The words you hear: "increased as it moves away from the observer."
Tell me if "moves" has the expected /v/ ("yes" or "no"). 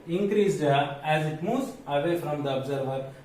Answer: no